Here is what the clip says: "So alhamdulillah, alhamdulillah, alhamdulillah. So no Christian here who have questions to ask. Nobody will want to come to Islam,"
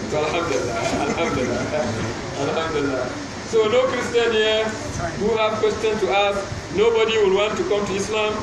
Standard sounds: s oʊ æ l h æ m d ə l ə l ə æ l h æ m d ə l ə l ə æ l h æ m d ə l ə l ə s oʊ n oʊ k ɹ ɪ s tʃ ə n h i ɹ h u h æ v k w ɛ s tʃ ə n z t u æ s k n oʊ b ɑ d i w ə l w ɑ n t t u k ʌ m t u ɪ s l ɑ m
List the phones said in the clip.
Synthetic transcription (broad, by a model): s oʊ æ l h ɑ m d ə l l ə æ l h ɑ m d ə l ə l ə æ l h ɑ m d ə l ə s oʊ n oʊ k ɹ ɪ s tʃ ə n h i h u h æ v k w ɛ s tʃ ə n s t u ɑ s k n oʊ b ɑ d i w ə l w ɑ n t t u k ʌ m t u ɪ s l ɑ m